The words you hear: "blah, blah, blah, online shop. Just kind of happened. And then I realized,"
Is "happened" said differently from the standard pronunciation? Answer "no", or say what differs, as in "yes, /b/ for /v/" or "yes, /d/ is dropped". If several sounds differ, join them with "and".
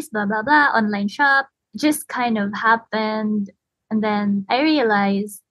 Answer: no